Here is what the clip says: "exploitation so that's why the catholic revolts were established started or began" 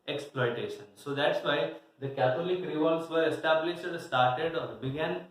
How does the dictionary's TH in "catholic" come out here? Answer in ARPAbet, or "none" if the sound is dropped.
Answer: T